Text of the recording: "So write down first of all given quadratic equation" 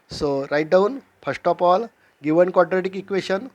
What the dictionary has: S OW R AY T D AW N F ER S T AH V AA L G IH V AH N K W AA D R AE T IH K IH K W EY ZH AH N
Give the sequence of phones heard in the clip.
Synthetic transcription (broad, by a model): S OW R AY T D AW N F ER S T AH P AA L G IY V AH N K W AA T R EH T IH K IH K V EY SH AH N